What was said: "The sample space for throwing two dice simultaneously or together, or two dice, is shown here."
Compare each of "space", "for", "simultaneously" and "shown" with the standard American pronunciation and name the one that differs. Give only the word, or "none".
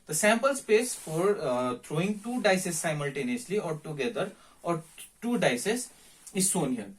shown